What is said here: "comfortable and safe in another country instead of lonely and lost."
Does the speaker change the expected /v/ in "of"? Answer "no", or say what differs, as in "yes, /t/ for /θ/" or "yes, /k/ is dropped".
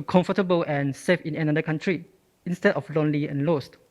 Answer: yes, /f/ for /v/